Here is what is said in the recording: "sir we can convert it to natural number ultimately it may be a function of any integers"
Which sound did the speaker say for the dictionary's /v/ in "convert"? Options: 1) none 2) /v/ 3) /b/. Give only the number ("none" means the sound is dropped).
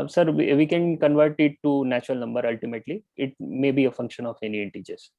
2